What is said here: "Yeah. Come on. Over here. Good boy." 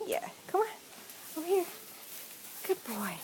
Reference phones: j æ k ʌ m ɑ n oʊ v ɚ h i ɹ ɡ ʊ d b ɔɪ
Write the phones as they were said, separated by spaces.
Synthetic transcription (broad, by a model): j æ k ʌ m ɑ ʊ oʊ ʊ h i ɹ ɡ ʊ d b ɔɪ